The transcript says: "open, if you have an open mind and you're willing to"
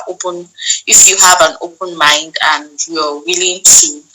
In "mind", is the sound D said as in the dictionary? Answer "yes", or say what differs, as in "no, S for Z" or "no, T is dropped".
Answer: yes